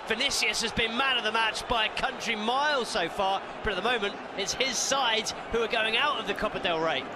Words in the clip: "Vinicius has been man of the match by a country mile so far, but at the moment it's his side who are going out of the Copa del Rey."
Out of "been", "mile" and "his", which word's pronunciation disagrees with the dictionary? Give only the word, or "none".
none